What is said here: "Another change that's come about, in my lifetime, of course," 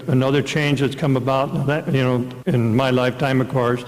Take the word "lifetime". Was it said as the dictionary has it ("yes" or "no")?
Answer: yes